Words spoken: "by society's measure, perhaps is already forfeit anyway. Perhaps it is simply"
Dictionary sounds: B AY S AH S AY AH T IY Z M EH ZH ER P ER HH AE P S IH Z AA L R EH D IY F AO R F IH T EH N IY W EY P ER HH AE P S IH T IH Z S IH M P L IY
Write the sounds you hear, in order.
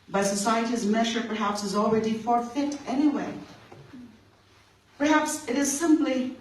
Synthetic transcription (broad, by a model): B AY S AH S AY AH T IY Z M EH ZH ER P ER HH AE P S IH Z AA L R EH D IY F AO R F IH T EH N IY W EY P ER HH AE P S IH T IH Z S IH M P L IY